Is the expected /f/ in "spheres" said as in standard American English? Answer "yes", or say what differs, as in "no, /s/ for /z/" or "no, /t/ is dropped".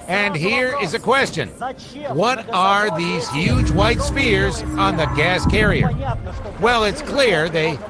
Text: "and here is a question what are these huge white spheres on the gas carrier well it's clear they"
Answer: no, /p/ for /f/